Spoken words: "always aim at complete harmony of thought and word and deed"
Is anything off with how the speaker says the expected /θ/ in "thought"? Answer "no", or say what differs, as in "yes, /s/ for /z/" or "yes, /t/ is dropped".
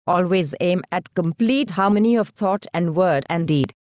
yes, /t/ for /θ/